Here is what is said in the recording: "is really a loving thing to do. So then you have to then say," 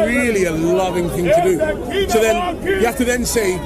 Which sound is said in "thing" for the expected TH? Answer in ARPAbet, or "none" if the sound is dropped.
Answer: TH